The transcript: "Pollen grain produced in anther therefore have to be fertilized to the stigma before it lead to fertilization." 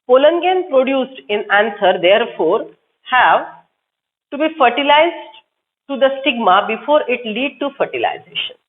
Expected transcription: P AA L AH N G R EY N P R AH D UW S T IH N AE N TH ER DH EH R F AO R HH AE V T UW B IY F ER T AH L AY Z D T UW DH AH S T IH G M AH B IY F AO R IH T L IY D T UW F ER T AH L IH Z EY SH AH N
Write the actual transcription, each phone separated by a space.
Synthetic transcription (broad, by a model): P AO L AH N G EY N P R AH D UW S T IH N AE N S ER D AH R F AO R HH AE V T UW B IY F ER T AH L AY Z D T UW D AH S T IH G M AH B IY F AO R IH T L IY D T UW F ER T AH L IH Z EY SH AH N